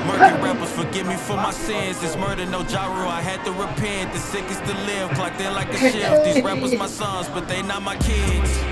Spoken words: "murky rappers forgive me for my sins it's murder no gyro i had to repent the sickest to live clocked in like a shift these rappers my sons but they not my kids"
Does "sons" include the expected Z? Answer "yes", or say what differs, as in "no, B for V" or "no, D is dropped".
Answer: yes